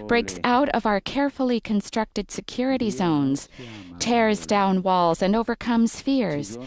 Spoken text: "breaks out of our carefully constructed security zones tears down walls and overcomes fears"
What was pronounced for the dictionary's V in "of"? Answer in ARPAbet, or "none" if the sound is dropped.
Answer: V